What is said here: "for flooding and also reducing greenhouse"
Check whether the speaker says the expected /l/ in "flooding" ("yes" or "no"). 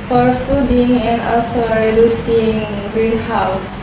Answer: no